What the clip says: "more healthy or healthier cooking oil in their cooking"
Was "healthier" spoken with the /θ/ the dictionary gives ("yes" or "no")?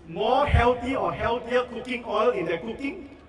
no